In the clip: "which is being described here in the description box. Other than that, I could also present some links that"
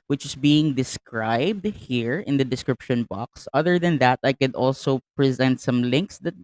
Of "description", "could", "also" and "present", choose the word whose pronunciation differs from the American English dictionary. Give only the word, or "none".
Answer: none